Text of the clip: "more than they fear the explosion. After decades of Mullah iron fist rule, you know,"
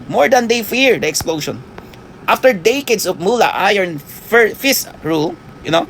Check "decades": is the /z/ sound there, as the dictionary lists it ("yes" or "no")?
no